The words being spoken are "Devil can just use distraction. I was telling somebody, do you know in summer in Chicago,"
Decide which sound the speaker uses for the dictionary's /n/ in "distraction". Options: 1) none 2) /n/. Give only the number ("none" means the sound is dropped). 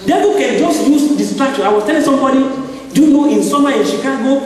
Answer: 1